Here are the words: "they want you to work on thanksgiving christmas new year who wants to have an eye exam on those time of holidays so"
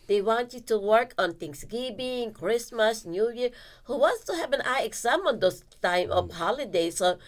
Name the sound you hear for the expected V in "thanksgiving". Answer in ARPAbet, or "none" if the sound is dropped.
B